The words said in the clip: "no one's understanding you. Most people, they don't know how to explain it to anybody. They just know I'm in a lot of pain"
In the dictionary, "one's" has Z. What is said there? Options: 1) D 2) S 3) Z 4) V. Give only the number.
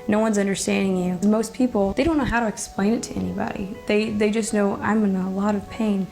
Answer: 3